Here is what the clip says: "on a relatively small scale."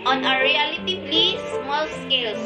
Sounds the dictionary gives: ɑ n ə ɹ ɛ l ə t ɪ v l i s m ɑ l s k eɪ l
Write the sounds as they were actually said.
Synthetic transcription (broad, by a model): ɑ n ə ɹ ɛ l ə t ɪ p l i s m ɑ l s k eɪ l